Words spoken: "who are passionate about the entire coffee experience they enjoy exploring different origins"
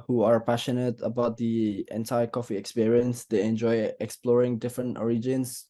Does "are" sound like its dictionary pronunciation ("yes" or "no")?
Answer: yes